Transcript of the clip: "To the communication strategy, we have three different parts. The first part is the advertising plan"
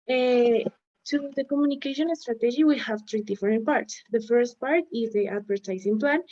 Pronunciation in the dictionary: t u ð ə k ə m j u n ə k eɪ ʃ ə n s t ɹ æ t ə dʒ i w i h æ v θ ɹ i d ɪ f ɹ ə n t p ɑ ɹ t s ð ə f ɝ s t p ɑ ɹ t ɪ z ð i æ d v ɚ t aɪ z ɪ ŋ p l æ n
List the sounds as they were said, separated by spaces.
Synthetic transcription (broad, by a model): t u ð ə k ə m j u n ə k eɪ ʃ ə n s t ɹ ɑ t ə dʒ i w i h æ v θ ɹ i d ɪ f ɹ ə n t p ɑ ɹ t s ð ə f ɝ s t p ɑ ɹ t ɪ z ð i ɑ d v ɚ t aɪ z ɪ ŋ p l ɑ n